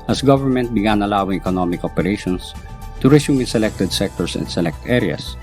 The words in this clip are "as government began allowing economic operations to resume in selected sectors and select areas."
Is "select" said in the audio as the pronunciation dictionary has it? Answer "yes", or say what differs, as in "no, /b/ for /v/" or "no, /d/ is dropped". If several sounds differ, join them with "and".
yes